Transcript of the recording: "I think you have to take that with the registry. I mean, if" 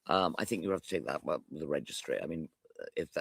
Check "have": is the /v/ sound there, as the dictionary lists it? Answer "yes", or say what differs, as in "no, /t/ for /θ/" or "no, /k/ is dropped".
no, /f/ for /v/